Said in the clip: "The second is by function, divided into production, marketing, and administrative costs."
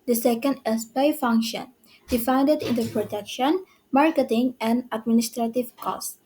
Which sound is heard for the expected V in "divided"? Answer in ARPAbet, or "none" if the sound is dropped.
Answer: F